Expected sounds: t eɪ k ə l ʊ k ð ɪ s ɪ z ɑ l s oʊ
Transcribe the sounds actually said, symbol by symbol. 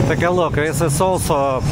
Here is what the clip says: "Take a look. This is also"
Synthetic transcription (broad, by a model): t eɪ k ə l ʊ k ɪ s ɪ s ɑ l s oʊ